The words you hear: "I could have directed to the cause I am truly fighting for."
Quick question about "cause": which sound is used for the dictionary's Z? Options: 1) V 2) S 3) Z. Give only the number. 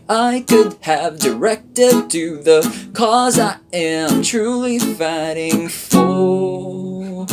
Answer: 3